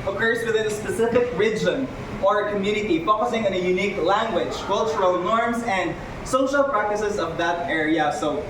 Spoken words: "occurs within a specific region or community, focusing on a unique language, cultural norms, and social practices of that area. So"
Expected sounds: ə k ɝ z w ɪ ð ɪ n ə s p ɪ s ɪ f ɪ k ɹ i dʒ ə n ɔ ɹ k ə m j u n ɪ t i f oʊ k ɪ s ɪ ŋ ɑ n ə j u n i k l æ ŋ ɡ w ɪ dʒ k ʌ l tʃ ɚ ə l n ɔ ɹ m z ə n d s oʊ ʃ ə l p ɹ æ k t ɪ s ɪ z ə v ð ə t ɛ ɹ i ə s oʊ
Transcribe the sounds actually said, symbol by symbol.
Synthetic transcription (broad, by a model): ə k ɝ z w ɪ ð ɪ n ə s p ɪ s ɪ f ɪ k ɹ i dʒ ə n ɔ ɹ k ə m j u n ɪ t i f oʊ k ɪ s ɪ ŋ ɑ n ə j u n i k l æ ŋ ɡ w ɪ dʒ k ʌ l tʃ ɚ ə l n ɔ ɹ m s ə n d s oʊ ʃ ə l p ɹ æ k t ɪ s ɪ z ə v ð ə t ɛ ɹ i ə s oʊ